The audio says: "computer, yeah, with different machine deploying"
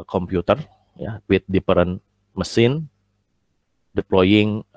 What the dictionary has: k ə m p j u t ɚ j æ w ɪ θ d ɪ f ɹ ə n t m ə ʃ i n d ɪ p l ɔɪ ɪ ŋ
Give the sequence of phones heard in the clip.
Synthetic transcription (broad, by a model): k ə m p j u t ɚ j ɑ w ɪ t d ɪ p ɹ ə n m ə s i n d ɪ p l ɔɪ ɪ ŋ